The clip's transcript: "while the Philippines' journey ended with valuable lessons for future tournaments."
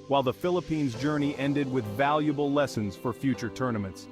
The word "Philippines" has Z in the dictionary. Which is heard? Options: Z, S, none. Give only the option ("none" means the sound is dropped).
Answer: Z